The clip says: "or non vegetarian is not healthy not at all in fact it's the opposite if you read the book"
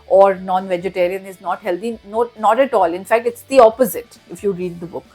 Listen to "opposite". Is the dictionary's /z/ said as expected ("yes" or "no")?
yes